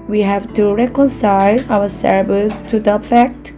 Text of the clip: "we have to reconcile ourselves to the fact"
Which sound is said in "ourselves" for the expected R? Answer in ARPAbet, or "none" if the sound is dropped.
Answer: W